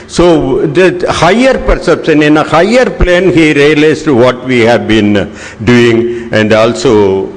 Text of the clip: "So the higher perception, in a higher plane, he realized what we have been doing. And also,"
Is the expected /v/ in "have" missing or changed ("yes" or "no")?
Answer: no